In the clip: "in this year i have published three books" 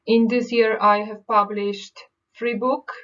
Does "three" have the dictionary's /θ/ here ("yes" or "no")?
no